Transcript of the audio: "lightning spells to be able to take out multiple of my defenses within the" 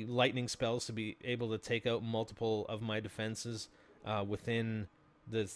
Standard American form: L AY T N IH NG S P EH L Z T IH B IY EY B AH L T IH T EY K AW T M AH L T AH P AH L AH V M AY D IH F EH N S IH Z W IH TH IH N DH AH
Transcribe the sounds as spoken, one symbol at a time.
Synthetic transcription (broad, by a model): L AY T N IH NG S P EH L Z T IH B IY EY B L T IH T EY K AW T M AH L T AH P L AH V M AY D IH F EH N S IH Z W IH TH IH N DH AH